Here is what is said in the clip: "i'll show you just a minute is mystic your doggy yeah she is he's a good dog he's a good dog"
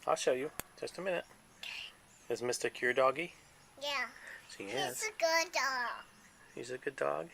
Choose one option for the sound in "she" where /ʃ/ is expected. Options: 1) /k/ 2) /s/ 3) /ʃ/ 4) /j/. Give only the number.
2